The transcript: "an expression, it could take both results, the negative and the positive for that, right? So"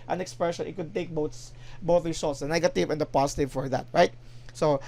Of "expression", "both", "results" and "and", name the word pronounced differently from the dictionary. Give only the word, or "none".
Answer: results